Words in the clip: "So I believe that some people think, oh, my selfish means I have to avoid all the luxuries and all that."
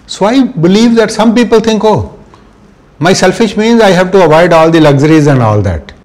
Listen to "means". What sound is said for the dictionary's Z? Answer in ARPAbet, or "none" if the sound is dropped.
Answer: Z